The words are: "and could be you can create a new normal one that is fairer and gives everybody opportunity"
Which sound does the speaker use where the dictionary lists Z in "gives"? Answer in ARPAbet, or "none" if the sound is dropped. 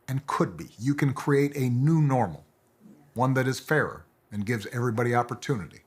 Z